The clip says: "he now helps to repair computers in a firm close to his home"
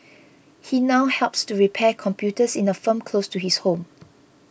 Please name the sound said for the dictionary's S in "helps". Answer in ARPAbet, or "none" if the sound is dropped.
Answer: S